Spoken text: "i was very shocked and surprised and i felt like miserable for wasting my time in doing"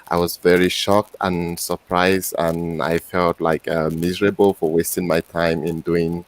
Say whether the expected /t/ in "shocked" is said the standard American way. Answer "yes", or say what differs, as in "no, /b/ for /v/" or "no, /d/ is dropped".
yes